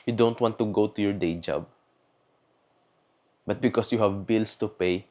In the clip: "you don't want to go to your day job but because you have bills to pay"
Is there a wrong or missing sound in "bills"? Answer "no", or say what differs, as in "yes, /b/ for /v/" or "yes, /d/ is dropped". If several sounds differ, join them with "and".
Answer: yes, /s/ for /z/